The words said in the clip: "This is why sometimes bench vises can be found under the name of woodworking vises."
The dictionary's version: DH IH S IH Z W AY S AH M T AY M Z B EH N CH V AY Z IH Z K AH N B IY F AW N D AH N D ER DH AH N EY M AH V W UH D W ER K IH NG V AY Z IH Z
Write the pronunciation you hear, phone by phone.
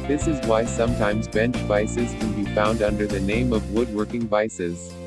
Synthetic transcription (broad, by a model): DH IH S IH Z W AY S AH M T AY M Z B EH N CH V AY S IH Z K AH N B IY F AW N D AH N D ER DH AH N EY M AH V W UH D W ER K IH NG V AY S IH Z